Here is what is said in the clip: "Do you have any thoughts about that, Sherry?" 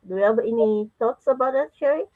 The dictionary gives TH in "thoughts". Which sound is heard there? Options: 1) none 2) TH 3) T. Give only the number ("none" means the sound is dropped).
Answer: 3